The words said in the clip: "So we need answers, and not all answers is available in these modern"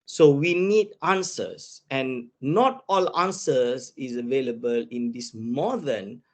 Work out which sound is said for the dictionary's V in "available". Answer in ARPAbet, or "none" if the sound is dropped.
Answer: V